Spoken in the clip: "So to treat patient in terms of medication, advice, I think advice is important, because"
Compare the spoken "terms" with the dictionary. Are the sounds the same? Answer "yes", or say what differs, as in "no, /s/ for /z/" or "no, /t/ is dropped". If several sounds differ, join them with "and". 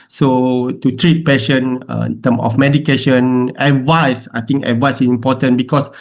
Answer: no, /z/ is dropped